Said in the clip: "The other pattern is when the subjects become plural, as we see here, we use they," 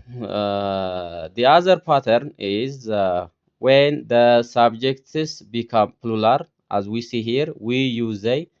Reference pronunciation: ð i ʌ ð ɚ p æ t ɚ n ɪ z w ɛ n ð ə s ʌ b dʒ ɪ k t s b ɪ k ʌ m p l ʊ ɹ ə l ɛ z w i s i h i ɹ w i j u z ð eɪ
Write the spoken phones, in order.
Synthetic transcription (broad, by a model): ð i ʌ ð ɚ p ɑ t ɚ n ɪ z w ɛ n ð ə s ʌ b dʒ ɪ k t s b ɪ k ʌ m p l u l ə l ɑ z w i s i h i ɹ w i j u z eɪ